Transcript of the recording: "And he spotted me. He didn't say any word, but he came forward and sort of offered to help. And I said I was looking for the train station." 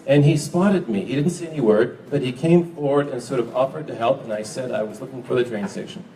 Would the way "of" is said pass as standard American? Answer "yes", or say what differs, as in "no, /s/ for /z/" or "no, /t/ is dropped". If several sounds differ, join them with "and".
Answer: yes